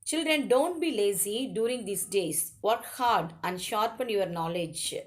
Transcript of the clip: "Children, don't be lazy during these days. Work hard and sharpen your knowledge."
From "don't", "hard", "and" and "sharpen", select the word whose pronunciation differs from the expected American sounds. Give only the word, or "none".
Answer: none